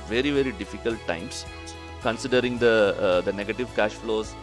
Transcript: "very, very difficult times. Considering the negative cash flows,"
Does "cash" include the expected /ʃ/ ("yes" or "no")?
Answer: yes